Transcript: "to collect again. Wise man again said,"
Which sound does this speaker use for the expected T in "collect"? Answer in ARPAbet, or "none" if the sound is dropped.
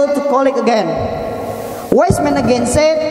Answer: none